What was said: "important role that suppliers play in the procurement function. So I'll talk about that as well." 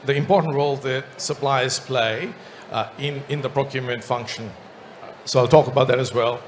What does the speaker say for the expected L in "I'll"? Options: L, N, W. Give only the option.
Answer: L